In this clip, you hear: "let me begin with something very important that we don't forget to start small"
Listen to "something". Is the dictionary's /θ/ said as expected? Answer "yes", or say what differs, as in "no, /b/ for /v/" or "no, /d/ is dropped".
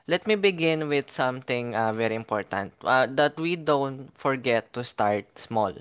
no, /t/ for /θ/